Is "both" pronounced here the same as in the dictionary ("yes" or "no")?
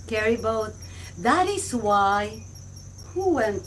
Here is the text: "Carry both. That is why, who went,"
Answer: no